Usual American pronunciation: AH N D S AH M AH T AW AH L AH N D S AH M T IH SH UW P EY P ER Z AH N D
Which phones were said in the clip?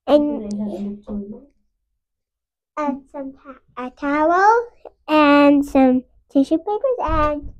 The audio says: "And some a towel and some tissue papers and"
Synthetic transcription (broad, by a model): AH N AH S AH M AH T AW AH L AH N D S AH M T IH SH UW P EY P ER Z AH N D